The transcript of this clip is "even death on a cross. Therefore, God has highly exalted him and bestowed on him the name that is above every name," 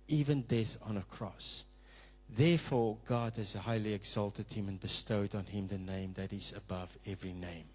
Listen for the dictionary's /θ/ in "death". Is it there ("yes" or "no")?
yes